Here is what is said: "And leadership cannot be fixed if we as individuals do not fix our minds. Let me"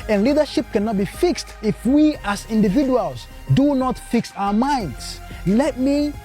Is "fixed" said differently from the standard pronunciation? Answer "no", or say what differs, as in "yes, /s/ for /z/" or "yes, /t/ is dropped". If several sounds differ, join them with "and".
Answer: no